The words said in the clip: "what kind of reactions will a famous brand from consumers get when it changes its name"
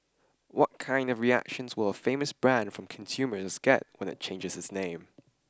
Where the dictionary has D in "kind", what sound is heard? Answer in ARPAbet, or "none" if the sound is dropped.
D